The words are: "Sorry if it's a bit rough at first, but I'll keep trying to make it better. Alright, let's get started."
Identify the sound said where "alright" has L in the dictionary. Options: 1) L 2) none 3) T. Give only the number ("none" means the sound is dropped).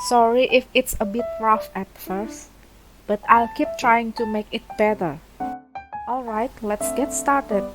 1